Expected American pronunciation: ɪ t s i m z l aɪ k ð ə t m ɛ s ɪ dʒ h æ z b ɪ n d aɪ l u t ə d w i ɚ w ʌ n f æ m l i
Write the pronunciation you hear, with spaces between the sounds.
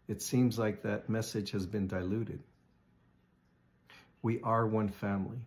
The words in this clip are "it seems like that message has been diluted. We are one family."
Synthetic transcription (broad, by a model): ɪ t s i m z l aɪ k ð ə t m ɛ s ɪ ʒ h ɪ z b ɪ n d aɪ l u t ə d w i ɚ w ʌ n f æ m l i